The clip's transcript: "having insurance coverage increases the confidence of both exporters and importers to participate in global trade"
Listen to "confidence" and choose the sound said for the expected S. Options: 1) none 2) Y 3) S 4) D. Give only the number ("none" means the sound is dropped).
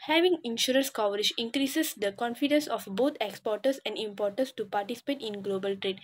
3